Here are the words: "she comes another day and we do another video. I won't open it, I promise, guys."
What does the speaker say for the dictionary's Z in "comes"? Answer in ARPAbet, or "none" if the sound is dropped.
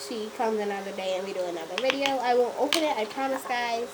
Z